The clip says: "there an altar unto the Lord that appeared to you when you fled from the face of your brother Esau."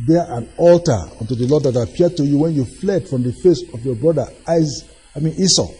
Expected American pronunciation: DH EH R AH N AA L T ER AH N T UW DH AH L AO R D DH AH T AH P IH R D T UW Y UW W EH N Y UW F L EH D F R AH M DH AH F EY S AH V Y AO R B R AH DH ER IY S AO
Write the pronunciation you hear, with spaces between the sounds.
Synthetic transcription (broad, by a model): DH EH AH N AA L T ER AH N T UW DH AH L AO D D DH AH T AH P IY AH D T UW Y UW W EH N Y UW F L EH D F R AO M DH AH F EY S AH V Y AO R B R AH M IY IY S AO